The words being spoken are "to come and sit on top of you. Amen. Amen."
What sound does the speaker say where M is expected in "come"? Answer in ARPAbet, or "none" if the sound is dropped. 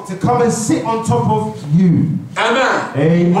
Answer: M